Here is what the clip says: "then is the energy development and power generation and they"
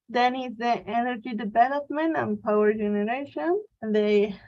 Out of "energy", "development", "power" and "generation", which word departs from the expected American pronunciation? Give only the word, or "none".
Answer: none